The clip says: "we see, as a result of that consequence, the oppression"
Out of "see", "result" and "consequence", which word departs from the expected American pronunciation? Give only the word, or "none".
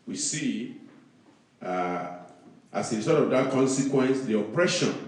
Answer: result